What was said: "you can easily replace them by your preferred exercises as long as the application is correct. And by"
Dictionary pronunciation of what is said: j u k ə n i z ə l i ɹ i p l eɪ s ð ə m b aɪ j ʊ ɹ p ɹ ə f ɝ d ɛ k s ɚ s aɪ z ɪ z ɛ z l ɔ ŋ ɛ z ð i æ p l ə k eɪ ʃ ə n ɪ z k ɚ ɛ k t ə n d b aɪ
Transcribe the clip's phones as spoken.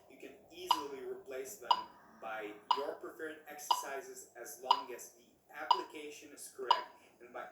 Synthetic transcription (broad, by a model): j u k ə n i z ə l i ɹ i p l eɪ s ð ə m b aɪ j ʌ ɹ p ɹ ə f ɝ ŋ ɛ k s ɚ s aɪ z ɪ z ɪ z l ɔ ŋ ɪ z ð i æ p l ə k eɪ ʃ ə n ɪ s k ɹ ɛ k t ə n b aɪ